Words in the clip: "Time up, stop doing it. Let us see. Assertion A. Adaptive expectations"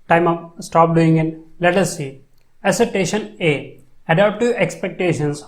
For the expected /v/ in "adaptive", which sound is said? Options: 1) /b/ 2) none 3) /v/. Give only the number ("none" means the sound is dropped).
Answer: 2